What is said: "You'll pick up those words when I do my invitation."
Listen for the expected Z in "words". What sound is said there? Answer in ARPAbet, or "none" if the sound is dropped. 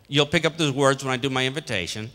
Z